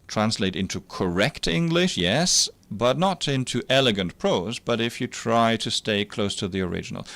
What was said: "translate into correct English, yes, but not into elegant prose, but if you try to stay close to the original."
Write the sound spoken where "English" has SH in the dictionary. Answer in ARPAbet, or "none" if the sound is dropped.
SH